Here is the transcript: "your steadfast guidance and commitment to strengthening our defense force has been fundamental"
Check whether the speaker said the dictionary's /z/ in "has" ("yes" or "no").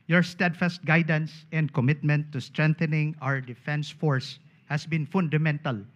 no